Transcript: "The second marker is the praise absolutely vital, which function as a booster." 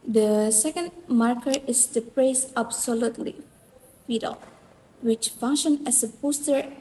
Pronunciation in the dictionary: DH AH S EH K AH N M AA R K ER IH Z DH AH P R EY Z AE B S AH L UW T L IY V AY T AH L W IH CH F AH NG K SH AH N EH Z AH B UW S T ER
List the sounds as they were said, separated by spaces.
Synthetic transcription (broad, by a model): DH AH S EH K AH N M AA R K ER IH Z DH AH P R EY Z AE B S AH L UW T L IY F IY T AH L W IH CH F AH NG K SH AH N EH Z AH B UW S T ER